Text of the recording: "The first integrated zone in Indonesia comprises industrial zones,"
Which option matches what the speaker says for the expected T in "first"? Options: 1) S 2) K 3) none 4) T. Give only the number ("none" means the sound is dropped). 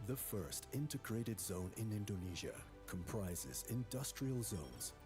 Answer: 4